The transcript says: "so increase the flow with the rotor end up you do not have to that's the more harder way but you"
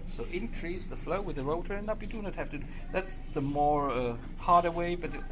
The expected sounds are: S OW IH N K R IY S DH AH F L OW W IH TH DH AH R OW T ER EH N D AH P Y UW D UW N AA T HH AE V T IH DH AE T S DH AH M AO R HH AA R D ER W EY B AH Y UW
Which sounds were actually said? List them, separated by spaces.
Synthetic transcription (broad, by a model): S OW IH N K R IY S DH AH F L OW W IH DH AH R OW T ER N AH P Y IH D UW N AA T HH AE F T IH DH AE T S DH AH M AO R HH AA R D ER W EY B AH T